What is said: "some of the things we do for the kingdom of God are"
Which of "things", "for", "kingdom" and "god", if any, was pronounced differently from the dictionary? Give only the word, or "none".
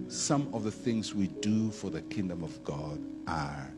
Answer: none